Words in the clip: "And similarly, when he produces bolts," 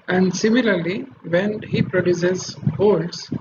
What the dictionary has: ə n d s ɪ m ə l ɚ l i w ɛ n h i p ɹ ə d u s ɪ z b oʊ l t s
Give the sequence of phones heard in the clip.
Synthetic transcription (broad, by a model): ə n d s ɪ m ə l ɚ l i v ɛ n h i p ɹ ə d u s ɪ z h oʊ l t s